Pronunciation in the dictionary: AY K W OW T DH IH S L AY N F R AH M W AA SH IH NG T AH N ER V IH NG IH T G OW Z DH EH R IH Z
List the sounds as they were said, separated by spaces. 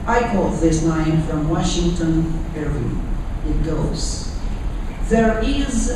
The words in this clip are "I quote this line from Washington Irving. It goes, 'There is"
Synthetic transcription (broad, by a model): AY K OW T DH IH S N AY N F R AH M W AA SH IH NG T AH N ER IH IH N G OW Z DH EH R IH Z